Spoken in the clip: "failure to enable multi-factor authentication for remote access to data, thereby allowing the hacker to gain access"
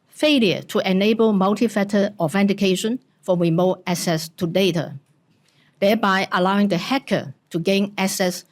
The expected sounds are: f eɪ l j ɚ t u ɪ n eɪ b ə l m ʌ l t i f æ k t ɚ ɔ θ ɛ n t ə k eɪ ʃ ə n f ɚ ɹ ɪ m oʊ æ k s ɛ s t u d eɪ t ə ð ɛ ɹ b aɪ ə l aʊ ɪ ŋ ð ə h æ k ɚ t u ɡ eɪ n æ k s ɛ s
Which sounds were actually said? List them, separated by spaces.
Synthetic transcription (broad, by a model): f eɪ l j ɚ t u ɪ n eɪ b ə l m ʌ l t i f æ t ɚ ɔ f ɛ n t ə k eɪ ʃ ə n f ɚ ɹ ɪ m oʊ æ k s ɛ s t u d eɪ t ə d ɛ b aɪ ə l aʊ ɪ ŋ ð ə h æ k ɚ t u ɡ eɪ n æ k s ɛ s